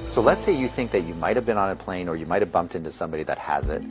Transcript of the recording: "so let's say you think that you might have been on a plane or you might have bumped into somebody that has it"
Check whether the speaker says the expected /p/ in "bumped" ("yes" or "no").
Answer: yes